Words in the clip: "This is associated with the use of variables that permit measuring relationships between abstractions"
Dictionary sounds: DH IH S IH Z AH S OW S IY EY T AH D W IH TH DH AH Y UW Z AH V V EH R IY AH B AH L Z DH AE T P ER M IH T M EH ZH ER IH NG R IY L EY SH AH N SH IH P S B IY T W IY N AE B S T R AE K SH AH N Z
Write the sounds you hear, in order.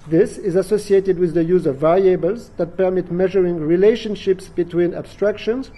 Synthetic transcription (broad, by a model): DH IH S IH Z AH S OW S IY EY T AH D W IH DH AH Y UW Z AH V V EH R IY AH B AH L Z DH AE T P ER M IH T M EH ZH ER IH NG R IY L EY SH AH N SH IH P S B IY T W IY N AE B S T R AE K SH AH N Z